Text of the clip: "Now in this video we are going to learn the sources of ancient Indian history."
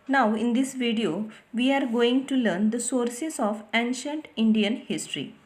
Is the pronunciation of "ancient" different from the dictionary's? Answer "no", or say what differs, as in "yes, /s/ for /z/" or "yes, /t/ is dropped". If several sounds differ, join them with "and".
no